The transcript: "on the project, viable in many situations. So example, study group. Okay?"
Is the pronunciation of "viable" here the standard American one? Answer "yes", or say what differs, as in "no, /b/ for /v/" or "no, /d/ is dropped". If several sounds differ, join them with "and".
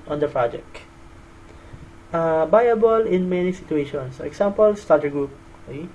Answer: no, /b/ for /v/